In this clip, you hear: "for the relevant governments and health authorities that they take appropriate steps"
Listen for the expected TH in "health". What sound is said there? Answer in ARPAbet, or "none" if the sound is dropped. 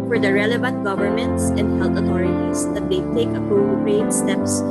T